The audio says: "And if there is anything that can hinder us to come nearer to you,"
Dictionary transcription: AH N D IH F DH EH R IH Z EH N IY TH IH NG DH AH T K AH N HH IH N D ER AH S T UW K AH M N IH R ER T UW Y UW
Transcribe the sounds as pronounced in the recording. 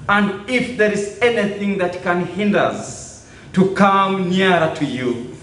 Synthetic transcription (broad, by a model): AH N D IH F DH EH R IH Z EH N IY TH IH NG DH AH T K AH N HH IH N D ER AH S T UW K AH M N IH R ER T UW Y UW